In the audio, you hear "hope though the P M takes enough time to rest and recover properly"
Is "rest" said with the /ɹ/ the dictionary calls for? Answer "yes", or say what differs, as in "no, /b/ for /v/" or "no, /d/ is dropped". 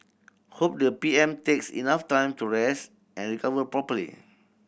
yes